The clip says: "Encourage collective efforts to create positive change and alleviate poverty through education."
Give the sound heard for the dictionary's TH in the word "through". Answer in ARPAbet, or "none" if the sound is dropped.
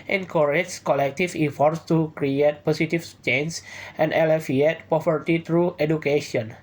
T